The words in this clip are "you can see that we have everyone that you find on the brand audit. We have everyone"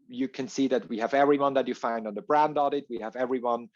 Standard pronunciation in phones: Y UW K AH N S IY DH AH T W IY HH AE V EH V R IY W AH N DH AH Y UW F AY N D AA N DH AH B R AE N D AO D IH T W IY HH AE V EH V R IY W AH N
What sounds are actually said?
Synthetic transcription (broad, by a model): Y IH K AH N S IY DH AH T W IY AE V EH V R IY W AH N DH AH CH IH F AY N D N DH AH B R AE N D AO D IH T W IY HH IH V EH V R IY W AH N